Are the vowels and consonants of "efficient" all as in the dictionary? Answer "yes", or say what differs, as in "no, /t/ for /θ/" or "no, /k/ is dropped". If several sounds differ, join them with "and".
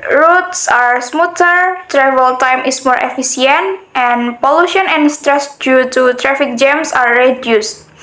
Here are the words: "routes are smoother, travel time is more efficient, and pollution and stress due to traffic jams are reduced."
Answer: no, /s/ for /ʃ/